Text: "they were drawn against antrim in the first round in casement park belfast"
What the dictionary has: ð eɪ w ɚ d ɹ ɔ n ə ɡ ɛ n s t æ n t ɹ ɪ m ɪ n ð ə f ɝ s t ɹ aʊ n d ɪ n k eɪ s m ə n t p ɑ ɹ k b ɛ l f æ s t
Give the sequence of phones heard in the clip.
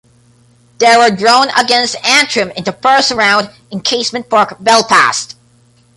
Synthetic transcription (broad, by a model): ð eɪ w ɚ d ɹ ɔ n ə ɡ ɛ n s t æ n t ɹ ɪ m ɪ n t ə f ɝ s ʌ ɹ aʊ n d ɪ n k eɪ s m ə n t p ɑ ɹ k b ɛ l p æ s t